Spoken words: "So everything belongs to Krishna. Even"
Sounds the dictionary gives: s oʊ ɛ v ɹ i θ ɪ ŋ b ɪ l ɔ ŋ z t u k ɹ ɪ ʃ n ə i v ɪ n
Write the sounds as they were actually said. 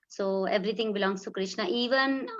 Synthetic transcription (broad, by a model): s oʊ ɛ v ɹ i t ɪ ŋ b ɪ l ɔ ŋ s t u k ɹ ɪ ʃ n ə i v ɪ n